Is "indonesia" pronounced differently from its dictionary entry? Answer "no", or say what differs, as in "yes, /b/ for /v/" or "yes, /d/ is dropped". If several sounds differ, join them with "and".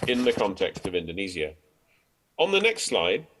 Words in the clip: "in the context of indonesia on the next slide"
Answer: yes, /z/ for /ʒ/